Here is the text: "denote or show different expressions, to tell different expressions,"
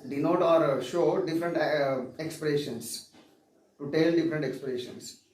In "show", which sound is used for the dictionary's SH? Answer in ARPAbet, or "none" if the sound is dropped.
SH